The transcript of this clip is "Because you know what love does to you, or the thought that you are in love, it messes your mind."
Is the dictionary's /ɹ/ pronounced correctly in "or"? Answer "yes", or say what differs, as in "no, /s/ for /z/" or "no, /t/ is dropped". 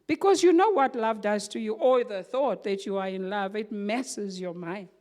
no, /l/ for /ɹ/